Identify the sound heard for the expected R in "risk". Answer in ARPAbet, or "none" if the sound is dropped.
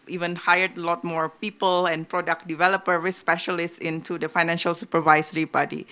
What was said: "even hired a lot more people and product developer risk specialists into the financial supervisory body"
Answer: W